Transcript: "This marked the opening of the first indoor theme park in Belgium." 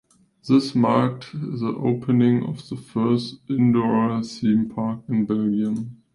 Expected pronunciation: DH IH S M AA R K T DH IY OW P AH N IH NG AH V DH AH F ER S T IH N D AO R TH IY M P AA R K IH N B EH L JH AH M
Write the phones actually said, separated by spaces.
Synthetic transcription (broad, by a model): DH IH S M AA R K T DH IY OW P AH N IH NG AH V DH AH F ER S T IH N D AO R S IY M P AA R K IH N B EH L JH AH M